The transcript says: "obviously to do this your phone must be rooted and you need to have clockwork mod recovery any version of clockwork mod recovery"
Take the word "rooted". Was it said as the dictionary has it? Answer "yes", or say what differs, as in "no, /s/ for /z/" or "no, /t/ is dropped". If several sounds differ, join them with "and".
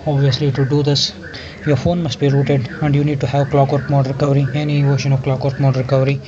yes